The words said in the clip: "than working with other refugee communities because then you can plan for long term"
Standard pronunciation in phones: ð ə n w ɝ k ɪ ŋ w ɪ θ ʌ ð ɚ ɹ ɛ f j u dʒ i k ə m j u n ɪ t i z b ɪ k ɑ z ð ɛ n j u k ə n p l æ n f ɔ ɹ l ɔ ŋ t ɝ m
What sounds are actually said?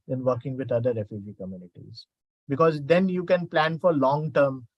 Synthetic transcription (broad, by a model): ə n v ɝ k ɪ ŋ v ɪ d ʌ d ɚ ɹ ɛ f j u dʒ i k ə m j u n ɪ t i z b ɪ k ɑ z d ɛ n j u k ə n p l æ n f ɔ ɹ l ɔ ŋ t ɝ m